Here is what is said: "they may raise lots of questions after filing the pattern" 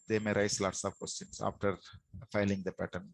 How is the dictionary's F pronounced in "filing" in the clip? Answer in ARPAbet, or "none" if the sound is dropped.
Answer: F